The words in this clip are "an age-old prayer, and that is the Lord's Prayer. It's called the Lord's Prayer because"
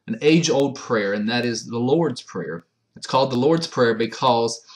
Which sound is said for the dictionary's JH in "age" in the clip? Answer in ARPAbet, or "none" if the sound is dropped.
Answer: JH